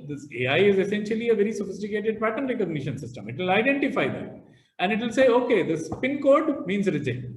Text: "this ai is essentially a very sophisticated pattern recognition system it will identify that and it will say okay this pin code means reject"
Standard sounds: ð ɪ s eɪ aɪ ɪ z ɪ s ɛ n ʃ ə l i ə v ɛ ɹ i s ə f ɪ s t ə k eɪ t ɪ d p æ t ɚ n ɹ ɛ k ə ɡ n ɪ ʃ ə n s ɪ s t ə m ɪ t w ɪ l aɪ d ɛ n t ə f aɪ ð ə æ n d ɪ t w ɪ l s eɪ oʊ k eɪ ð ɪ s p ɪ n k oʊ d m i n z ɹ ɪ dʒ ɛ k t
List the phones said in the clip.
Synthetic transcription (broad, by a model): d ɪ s eɪ aɪ ɪ z ɪ s ɛ n ʃ ə l i ə v ɛ ɹ i s ə f ɪ s t ə k eɪ t ɪ d p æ t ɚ n ɹ ɛ k ə ɡ n ɪ ʃ ə n s ɪ s t ə m ɪ t w ɪ l aɪ d ɛ n t ə f aɪ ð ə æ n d ɪ t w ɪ l s eɪ oʊ k eɪ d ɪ s p ɪ n k oʊ d m i n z ɹ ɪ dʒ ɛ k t